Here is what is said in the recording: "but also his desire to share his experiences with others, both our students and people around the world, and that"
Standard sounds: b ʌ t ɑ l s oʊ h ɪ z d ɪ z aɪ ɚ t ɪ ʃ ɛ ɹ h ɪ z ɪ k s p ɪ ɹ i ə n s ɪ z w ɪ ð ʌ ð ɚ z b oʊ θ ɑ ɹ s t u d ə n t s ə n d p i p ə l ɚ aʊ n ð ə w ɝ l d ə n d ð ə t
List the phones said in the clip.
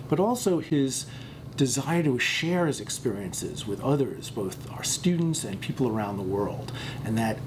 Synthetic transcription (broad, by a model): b ʌ t ɑ l s oʊ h ɪ z d ɪ z aɪ ɚ t ɪ ʃ ɛ ɹ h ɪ z ɪ k s p ɪ ɹ i ə n s ɪ z w ɪ ð ʌ ð ɚ z b oʊ θ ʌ ɹ s t u d n t s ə n p i p l ɚ aʊ n ð ə w ɝ l d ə n ð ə t